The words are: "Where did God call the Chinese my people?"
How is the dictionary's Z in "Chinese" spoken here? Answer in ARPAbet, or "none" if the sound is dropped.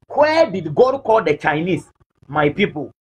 S